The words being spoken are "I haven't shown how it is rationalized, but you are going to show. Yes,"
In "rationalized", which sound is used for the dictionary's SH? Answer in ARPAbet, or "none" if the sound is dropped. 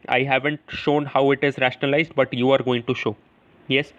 SH